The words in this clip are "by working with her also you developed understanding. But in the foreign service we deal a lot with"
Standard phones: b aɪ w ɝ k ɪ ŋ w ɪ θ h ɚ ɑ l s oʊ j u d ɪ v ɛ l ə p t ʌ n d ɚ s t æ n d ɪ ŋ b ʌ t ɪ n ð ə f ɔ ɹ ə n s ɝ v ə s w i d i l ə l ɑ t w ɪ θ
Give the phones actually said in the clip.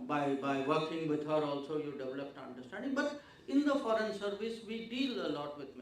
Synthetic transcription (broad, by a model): b aɪ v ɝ k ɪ ŋ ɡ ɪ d h ɚ ɑ l s oʊ j u d ɪ v ɛ l ə p t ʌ n d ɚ s t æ n d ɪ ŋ b ʌ t ɪ n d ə f ɔ ɹ ə n s ɝ v ə s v i d i l ə l ɑ t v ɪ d